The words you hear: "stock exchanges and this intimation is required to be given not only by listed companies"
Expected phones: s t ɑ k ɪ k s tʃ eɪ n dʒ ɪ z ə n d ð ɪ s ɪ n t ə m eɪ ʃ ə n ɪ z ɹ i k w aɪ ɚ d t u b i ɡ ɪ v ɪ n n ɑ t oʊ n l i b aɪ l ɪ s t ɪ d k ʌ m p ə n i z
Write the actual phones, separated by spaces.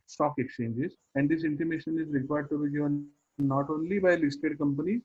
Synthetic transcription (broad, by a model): s t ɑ k ɪ k s tʃ eɪ n dʒ ɪ z ə n d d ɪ s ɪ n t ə m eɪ ʃ ə n ɪ z ɹ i k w aɪ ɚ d t u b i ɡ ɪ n n ɑ t oʊ n l i b aɪ l ɪ s t ɪ d k ʌ m p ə n i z